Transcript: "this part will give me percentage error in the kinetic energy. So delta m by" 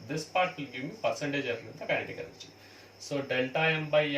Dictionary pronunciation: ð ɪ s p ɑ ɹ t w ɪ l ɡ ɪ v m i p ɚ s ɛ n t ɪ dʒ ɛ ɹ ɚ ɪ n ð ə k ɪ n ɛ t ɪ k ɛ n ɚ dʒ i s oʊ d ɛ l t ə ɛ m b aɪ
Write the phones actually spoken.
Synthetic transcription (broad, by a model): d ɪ s p ɑ ɹ t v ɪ l ɡ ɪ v m i p ɚ s ɛ n t ɪ dʒ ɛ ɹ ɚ ɪ n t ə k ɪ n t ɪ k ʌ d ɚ tʃ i s oʊ d ɛ l t ə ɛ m b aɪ